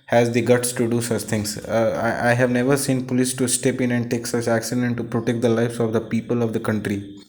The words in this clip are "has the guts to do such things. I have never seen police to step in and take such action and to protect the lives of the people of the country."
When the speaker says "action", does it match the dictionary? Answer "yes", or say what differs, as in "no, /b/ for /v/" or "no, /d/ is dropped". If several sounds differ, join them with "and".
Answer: no, /s/ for /ʃ/